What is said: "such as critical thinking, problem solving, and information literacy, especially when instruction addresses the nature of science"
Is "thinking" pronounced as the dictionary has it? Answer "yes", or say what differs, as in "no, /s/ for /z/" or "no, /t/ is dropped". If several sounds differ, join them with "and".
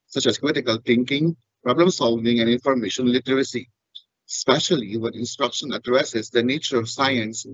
no, /t/ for /θ/